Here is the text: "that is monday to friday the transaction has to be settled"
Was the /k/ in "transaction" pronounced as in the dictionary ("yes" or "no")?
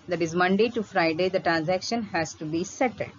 yes